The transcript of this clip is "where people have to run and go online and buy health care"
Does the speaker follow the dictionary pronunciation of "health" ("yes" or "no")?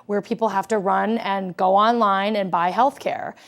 yes